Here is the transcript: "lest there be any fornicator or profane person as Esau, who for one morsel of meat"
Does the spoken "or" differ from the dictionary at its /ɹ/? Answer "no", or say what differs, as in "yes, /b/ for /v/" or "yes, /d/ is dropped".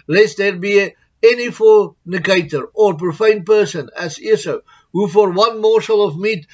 no